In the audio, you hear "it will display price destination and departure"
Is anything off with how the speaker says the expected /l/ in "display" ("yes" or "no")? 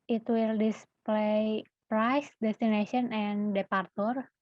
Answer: no